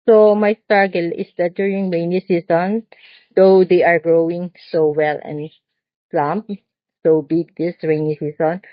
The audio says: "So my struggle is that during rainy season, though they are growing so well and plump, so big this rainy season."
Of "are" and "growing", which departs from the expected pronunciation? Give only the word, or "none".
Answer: none